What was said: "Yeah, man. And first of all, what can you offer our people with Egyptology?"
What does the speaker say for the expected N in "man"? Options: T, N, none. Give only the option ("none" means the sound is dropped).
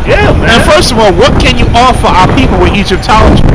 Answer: none